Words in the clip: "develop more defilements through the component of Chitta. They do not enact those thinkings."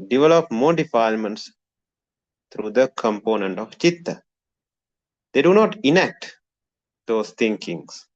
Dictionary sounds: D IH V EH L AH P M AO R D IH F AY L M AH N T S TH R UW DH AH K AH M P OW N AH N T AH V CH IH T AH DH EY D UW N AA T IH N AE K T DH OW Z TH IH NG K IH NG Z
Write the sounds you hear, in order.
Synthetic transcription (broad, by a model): D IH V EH L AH P M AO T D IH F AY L M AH N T S T R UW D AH K AH M P OW N AH N T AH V CH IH T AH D EY D UW N AA T IH N AE K T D OW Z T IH NG K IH NG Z